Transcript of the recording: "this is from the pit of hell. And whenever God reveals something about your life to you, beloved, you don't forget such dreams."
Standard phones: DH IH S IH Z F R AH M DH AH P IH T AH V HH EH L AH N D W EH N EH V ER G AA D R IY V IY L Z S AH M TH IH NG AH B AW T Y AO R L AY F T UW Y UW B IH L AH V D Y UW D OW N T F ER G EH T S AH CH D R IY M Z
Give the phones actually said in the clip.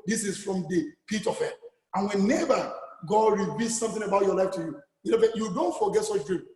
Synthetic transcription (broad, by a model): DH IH S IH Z F R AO M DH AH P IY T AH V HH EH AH N W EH N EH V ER G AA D R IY B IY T S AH M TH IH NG AH B AW T Y AO L AY F T UW Y UW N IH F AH Y UW D OW N T F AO G EH T S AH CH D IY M